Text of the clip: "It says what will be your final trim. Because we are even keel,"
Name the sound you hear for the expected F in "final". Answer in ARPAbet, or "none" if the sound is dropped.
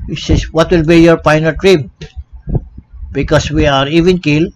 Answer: P